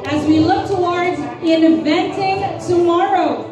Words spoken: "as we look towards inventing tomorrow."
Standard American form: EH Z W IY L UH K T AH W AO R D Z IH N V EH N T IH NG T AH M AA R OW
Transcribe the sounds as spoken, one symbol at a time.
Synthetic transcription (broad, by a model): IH Z W IY L UH K T AH W AO R D Z IH N V EH N T IH NG T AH M AA R OW